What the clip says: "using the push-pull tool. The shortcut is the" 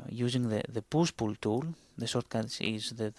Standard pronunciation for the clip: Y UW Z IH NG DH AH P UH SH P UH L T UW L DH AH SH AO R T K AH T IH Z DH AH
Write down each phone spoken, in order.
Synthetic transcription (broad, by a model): Y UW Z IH NG DH AH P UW S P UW L T UW L DH AH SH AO R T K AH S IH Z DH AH